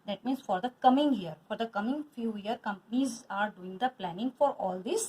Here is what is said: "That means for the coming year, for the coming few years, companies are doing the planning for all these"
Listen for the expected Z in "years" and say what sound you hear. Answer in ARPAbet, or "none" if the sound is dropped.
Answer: none